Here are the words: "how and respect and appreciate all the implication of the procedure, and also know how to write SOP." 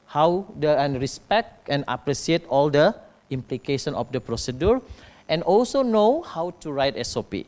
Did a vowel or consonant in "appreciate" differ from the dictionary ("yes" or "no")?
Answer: yes